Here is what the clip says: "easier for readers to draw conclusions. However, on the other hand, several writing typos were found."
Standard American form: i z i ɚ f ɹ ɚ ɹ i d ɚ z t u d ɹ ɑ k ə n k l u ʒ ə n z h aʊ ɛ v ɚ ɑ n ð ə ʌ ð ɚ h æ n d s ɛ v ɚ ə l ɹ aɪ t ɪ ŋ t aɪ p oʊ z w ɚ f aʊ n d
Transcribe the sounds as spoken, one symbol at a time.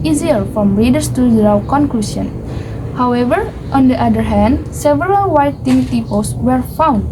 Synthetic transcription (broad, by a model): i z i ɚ f ɹ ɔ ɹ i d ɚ s t u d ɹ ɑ k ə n k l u s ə n h aʊ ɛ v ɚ ɑ n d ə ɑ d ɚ h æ n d s ɛ v ɚ ə l w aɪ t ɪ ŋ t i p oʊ s w ɚ f aʊ n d